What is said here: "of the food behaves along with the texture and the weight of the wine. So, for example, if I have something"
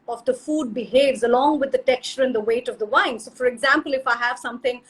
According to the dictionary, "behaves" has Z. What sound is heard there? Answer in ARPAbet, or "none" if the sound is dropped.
Z